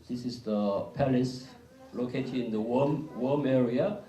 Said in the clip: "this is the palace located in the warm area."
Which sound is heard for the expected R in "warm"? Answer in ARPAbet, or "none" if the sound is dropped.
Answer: W